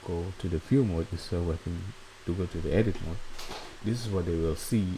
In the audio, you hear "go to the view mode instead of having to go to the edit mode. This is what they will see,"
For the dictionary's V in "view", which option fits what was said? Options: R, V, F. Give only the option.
F